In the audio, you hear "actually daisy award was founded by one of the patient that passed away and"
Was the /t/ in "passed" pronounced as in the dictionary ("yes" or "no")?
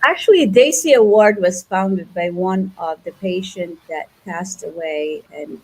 yes